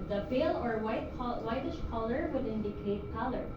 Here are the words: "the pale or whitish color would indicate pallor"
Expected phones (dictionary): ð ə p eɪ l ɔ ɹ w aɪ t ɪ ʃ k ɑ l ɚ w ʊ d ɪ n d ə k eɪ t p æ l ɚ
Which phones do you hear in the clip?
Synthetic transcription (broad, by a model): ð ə f eɪ l ɔ ɹ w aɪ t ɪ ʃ k ɑ l ɚ w ʊ d ɪ n d ə k eɪ t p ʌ l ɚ